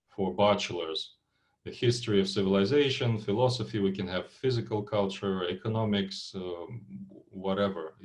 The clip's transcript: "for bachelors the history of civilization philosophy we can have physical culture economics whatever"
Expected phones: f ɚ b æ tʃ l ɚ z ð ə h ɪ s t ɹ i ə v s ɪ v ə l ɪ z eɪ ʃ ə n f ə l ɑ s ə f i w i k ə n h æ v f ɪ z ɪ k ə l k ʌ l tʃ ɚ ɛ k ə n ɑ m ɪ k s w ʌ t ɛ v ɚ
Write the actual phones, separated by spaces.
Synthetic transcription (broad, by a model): f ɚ b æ tʃ l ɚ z ð ə h ɪ s t ɹ i ə v s ɪ v ə l ɪ z eɪ ʃ ə n f ə l ɑ s ə f i w i k ə n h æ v f ɪ z ɪ k ə l k ʌ l tʃ ɚ ɛ k ə n ɑ m ɪ k s w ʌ t ɛ v ɚ